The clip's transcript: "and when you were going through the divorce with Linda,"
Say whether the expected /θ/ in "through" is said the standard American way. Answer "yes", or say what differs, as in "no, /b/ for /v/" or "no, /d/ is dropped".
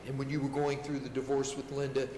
yes